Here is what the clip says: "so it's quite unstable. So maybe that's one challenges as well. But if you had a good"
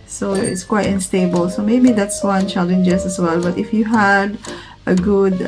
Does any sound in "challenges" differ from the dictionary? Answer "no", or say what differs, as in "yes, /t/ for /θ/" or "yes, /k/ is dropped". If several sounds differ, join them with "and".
yes, /s/ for /z/